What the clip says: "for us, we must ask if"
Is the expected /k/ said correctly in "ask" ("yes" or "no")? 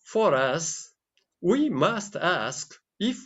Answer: yes